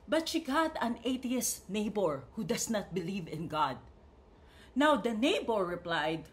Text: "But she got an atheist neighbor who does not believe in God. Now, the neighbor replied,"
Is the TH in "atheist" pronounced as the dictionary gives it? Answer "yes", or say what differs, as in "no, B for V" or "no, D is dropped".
no, T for TH